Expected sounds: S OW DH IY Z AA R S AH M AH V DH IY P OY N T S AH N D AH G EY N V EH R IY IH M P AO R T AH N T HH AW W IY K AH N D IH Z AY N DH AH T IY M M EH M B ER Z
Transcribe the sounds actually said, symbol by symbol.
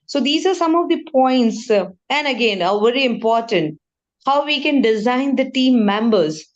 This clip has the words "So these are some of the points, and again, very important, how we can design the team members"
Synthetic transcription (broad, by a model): S OW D IY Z AA R S AH M AH V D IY P OY N T S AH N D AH G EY N V EH R IY IH M P AO R T AH N T HH AW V IY K AH N D IH Z AY N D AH T IY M M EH M B ER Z